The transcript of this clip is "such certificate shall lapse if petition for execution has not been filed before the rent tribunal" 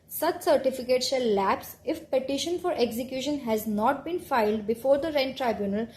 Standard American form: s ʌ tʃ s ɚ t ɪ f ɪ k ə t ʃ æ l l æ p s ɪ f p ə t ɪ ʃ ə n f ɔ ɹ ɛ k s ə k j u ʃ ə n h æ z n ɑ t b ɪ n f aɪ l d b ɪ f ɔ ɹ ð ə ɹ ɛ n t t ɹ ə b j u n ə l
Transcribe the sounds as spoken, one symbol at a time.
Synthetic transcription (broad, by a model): s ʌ tʃ s ɚ t ɪ f ɪ k ə t s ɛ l l æ p s ɪ f p ə t ɪ ʃ ə n f ɔ ɹ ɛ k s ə k j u ʃ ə n h æ z n ɑ t b ɪ n f aɪ l d b ɪ f ɔ ɹ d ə ɹ ɛ n t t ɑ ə b j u n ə l